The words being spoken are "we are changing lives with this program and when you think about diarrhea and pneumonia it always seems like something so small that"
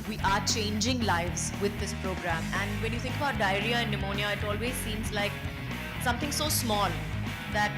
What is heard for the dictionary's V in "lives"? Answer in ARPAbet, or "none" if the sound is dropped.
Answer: V